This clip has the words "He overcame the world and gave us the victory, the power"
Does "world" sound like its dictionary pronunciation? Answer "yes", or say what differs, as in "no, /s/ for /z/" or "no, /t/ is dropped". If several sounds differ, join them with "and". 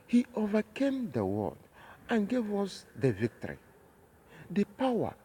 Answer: no, /l/ is dropped